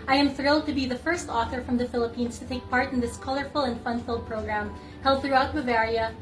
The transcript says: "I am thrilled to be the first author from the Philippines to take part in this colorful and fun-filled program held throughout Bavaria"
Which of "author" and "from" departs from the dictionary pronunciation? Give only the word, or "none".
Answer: none